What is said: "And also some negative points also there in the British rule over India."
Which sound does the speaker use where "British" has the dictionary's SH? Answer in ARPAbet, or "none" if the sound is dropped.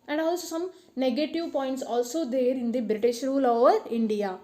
SH